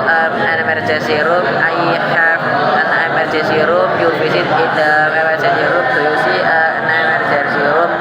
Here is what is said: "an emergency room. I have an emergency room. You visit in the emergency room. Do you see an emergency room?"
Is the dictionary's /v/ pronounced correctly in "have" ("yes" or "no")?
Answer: no